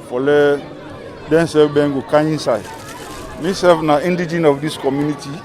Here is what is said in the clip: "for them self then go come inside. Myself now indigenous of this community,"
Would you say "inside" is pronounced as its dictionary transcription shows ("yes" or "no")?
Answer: yes